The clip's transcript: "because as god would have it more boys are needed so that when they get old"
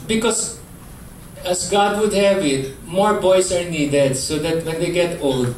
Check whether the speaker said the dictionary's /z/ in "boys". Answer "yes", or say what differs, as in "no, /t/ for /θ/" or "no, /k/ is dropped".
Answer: no, /s/ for /z/